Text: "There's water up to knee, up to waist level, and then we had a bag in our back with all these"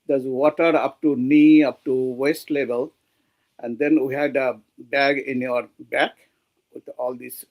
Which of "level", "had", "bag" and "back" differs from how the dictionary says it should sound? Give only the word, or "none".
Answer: level